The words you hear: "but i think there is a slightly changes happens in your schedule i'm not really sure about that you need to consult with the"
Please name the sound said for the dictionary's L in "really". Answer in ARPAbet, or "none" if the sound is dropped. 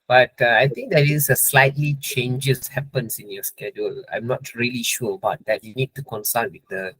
L